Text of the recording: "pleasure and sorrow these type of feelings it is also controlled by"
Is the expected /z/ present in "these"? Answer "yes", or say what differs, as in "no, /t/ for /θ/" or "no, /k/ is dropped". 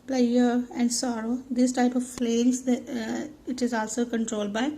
no, /s/ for /z/